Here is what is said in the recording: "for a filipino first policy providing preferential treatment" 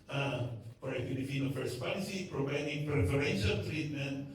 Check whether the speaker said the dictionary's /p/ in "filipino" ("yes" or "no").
no